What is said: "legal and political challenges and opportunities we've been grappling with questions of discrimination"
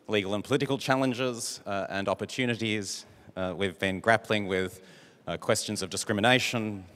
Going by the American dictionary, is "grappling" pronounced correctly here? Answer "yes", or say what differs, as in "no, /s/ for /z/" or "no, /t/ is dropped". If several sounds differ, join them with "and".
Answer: yes